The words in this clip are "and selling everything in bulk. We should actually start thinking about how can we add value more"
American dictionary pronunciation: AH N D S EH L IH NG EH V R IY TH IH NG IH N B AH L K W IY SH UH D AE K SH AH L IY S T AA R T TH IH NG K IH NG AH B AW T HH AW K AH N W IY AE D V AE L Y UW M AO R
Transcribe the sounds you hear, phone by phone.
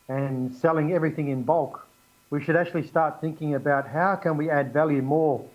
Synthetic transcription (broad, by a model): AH N S EH L IH NG EH V R IY TH IH NG IH N B AH L K W IY SH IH D AE K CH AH L IY S T AA R T TH IH NG K IH NG AH B AW T HH AW K AH N W IY AE D V AE L Y UW M AO R